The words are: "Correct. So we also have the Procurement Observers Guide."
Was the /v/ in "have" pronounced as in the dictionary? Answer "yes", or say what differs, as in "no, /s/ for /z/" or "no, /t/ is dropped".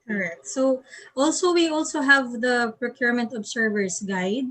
yes